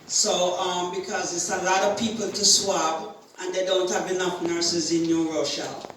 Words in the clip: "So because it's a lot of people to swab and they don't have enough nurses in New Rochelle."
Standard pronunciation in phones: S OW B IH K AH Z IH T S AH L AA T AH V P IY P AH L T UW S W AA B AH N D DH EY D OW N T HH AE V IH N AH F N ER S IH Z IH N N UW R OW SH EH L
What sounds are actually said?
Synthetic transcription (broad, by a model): S OW B IH K AH Z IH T S AH L AA T AH V P IY P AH L T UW S W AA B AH N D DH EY D OW N T HH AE V IH N AH F N ER S IH Z IH N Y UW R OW SH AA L